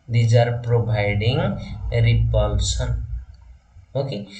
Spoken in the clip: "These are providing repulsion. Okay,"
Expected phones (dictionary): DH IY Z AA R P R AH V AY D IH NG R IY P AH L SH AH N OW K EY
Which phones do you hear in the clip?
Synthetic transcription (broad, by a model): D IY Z AA R P R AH B AY D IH NG R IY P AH L S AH N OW K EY